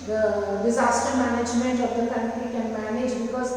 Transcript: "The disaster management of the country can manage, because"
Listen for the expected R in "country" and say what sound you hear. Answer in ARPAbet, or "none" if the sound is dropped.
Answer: none